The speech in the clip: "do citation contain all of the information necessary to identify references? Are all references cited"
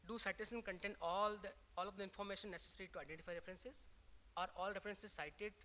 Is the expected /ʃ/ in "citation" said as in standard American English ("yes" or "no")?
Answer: no